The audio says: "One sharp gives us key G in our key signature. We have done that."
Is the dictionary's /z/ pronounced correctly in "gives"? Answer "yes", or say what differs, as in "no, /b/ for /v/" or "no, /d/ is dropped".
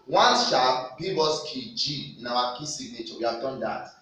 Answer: no, /z/ is dropped